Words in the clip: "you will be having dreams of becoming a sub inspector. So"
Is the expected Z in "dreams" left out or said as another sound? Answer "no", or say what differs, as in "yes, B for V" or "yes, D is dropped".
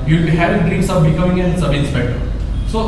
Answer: yes, S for Z